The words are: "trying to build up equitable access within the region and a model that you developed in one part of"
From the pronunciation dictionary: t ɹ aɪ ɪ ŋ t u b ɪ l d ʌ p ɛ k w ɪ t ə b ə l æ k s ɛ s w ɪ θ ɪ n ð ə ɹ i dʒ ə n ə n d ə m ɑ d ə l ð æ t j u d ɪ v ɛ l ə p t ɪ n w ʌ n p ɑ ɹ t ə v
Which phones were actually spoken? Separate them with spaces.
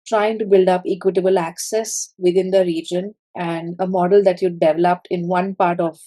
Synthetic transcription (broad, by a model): t ɹ aɪ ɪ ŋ t u b ɪ l d ʌ p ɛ k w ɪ t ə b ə l æ k s ɛ s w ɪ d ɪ n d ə ɹ i dʒ ə n ə n d ə m ɑ d ə l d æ t j u d ɪ v ɛ l ə p t ɪ n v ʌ n p ɑ ɹ t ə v